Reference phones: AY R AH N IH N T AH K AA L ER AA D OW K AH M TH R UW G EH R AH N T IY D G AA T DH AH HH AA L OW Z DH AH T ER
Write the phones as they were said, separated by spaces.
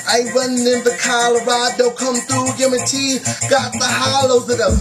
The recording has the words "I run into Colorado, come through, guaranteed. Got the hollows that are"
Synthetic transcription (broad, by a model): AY W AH N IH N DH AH K AA L ER AA D OW K AH M TH R UW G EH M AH T IY G AA T DH AH HH AA L OW Z DH AH T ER